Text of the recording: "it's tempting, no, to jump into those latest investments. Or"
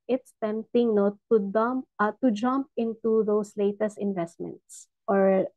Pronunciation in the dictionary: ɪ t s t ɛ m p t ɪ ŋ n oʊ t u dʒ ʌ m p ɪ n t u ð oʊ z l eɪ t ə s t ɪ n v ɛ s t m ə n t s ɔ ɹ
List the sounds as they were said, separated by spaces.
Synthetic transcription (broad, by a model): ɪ t s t ɛ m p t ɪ ŋ n oʊ t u dʒ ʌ m p ɪ n t u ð oʊ s l eɪ t ə s t ɪ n v ɛ s t m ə n t s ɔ ɹ